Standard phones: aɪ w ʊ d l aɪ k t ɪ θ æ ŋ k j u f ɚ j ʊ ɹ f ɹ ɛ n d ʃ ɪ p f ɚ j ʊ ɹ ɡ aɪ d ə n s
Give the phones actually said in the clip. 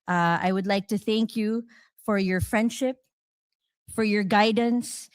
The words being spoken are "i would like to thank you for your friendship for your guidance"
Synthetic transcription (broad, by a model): aɪ w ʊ d l aɪ k t ɪ θ æ ŋ k j u f ɚ j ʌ ɹ f ɹ ɛ n d ʃ ɪ p f ɚ j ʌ ɹ ɡ aɪ d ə n s